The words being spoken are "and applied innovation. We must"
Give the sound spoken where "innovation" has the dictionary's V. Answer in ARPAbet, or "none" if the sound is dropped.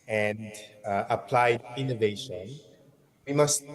V